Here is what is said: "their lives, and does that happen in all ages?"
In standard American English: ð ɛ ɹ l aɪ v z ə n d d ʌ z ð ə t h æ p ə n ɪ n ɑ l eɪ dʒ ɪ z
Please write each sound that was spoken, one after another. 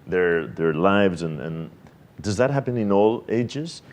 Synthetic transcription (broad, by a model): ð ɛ ɹ l aɪ v z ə n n d ʌ z ð ə t h æ p ə n ɪ n ɑ l eɪ dʒ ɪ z